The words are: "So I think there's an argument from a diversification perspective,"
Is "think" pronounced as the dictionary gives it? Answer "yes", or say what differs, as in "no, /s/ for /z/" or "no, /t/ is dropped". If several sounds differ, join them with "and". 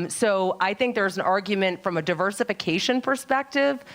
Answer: yes